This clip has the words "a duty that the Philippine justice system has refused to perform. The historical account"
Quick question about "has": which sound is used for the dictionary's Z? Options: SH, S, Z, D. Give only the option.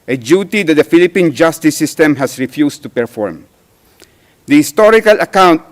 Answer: S